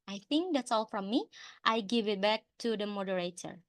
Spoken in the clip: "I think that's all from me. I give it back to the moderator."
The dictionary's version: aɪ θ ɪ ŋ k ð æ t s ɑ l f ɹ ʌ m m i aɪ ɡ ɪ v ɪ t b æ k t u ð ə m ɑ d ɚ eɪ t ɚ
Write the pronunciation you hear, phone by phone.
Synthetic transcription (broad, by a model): aɪ θ ɪ ŋ k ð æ t s ɑ l f ɹ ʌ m m i aɪ ɡ ɪ v ɪ t b æ k t u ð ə m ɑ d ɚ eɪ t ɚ